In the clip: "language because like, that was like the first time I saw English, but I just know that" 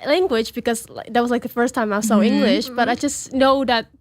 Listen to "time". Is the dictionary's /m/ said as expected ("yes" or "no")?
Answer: yes